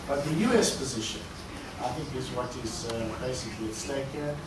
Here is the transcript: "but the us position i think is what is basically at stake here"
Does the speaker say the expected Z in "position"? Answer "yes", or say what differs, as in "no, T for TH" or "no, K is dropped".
yes